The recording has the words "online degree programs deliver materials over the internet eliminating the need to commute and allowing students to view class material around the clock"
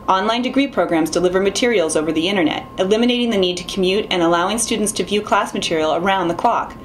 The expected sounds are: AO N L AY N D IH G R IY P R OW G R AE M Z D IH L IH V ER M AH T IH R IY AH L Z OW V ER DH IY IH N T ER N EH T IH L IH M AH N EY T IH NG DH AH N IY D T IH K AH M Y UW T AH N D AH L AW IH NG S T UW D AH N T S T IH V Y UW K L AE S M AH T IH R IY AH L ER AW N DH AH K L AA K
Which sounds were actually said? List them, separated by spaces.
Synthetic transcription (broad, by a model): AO N L AY N D IH G R IY P R OW G R AE M Z D IH L IH V ER M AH T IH R IY L Z OW V ER DH IY IH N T ER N EH T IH L IH M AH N EY T IH NG DH AH N IY D T IH K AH M Y UW T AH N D AH L AW IH NG S T UW D N T S T IH V Y UW K L AE S M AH T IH R IY L ER AW N DH AH K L AA K